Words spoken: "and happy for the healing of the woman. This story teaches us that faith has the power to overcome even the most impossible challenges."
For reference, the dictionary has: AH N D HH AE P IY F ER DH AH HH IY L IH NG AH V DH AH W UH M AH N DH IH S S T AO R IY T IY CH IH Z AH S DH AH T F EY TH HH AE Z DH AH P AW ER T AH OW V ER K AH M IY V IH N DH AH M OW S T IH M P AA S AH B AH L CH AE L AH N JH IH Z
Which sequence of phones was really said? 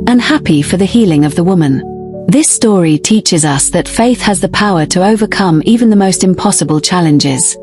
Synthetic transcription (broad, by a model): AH N HH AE P IY F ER DH AH HH IY L IH NG AH V DH AH W UH M AH N DH IH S S T AO R IY T IY CH IH Z AH S DH AH T F EY TH HH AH Z DH AH P AW ER T AH OW V ER K AH M IY V IH N DH AH M OW S T IH M P AA S AH B AH L CH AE L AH N JH IH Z